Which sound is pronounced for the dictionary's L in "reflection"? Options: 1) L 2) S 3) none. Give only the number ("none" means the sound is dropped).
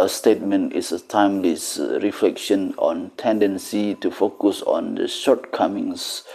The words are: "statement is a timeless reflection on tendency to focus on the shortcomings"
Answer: 1